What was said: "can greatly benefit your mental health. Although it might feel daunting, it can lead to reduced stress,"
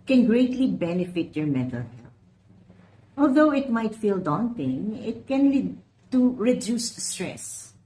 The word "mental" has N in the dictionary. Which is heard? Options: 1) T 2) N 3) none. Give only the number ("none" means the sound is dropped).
3